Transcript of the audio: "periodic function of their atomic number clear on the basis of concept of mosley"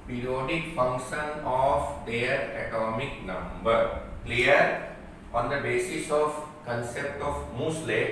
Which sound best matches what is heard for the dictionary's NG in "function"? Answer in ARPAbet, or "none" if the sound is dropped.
NG